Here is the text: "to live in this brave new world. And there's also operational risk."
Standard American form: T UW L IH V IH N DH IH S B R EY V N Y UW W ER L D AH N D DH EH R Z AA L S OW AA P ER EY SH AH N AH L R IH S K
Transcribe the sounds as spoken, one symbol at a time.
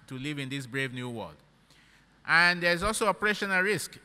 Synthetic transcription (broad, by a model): T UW L IH V IH N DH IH S B R EY V N Y UW W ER L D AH N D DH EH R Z AA L S OW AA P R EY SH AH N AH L R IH S K